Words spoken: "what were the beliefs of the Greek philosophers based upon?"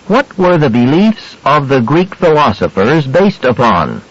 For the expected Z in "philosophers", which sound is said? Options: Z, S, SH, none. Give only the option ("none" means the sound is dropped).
Z